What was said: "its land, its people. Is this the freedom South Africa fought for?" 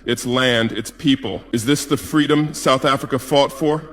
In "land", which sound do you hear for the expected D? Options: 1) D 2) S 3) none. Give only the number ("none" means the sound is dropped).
1